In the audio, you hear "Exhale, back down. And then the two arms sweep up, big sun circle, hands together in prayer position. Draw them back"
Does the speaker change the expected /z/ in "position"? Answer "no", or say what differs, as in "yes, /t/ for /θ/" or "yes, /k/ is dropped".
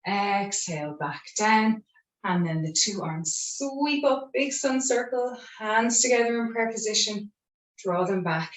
no